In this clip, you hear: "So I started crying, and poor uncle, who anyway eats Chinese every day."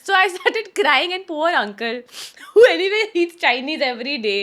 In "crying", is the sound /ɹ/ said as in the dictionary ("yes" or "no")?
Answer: yes